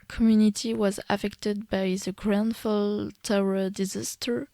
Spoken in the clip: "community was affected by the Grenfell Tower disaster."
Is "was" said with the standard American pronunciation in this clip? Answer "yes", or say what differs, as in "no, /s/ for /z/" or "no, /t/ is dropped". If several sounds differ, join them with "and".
yes